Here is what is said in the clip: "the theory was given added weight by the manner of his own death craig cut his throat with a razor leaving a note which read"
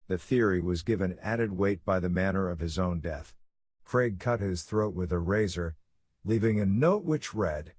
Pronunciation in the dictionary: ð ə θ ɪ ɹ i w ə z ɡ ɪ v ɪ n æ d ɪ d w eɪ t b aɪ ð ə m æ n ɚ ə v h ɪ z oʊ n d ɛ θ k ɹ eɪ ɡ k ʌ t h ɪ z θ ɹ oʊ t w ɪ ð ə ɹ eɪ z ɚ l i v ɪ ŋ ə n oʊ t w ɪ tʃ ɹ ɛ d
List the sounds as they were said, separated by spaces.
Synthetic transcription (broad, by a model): ð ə θ ɪ ɹ i w ə z ɡ ɪ v ɪ n æ d ɪ d w eɪ t b aɪ ð ə m æ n ɚ ə v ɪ z oʊ n d ɛ θ k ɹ eɪ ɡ k ʌ t h ɪ z θ ɹ oʊ t w ɪ ð ə ɹ eɪ z ɚ l i v ɪ ŋ ə n oʊ t w ɪ tʃ ɹ ɛ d